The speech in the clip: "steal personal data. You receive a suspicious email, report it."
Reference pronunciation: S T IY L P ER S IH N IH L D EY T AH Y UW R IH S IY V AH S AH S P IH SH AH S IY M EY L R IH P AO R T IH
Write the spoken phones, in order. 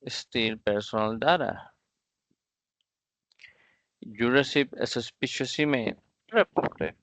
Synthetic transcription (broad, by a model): S T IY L P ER S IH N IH L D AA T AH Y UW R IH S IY P AH S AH S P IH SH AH S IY M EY N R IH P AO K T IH